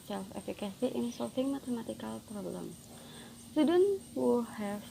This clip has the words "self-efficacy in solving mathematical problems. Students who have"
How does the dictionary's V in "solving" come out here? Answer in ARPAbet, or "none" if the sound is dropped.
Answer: F